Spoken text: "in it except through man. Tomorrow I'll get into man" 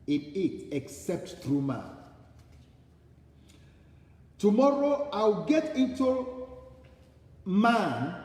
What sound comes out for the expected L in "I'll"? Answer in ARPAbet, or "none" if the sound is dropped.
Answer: W